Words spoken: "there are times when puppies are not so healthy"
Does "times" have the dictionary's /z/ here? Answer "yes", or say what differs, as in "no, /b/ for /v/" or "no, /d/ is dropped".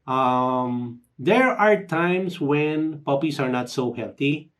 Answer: no, /s/ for /z/